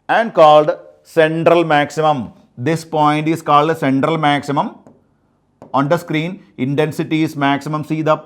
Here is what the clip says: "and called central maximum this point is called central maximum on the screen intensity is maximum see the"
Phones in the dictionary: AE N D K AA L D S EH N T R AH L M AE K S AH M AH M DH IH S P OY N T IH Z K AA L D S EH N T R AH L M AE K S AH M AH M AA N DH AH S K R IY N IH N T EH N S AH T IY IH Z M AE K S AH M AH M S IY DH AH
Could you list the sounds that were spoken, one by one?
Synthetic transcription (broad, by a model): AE N D K AA L D S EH N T R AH L M AE K S AH M AH M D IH S P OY N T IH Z K AA L D S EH N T R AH L M AE K S AH M AH M AA N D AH S K R IY N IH N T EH N S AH T IY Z M AE K S AH M AH M S IY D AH